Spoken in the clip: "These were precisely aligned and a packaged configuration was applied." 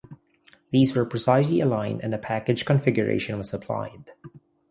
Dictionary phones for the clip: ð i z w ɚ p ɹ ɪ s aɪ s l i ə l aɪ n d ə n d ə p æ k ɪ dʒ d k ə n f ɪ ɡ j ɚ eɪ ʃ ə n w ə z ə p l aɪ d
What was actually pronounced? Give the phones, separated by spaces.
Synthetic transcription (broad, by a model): ð i z w ɚ p ɹ ɪ s aɪ s l i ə l aɪ n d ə n ə p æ k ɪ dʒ k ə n f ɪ ɡ j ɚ eɪ ʃ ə n w ə z ə p l aɪ d